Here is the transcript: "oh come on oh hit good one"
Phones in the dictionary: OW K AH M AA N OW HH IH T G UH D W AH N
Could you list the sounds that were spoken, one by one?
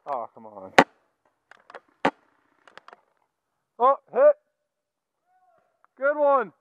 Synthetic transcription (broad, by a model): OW K AH M AA N OW HH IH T G UH D W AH N